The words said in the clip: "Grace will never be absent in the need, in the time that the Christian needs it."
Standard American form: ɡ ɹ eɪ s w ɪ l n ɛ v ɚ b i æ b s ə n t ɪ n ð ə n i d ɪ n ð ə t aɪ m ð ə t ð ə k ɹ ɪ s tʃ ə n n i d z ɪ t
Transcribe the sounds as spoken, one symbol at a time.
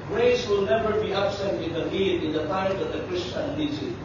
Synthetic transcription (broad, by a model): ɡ ɹ eɪ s w ɪ l n ɛ v ɚ b i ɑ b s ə n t ɪ n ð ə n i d ɪ n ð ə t aɪ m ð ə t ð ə k ɹ ɪ s tʃ ə n l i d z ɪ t